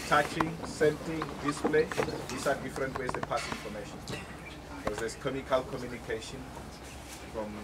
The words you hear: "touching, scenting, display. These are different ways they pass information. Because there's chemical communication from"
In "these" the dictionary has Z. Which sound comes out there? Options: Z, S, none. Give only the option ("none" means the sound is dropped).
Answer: S